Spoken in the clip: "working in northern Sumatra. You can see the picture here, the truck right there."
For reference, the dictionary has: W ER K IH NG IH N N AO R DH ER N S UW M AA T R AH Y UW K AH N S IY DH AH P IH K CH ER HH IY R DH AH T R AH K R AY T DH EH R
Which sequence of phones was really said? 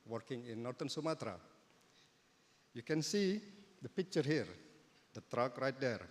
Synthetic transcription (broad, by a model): W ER K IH NG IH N N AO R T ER N S UW M AA T R AH Y UW K AH N S IY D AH P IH K CH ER HH IY R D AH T R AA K R AY T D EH R